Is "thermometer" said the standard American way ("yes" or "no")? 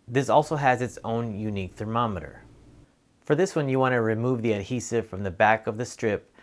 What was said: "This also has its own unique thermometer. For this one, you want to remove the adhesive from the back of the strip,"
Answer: yes